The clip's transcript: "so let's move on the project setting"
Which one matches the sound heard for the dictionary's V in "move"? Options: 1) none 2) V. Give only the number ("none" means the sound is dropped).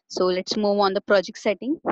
2